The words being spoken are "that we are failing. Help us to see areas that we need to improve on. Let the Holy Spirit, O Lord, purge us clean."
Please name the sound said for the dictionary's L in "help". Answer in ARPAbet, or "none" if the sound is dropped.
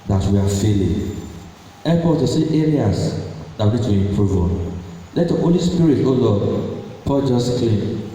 none